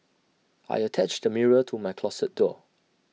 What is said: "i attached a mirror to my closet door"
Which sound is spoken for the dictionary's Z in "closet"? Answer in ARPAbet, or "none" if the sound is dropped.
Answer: S